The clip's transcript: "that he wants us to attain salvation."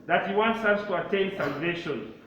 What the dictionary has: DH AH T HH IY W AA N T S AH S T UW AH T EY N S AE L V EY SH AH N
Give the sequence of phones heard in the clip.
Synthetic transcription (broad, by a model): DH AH T HH IY W AA N T S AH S T UW AH T EY N S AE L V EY SH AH N